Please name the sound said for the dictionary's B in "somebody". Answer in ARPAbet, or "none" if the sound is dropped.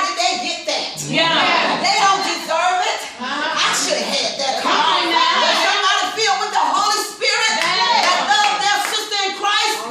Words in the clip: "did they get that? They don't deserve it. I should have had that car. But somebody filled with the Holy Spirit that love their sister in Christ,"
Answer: none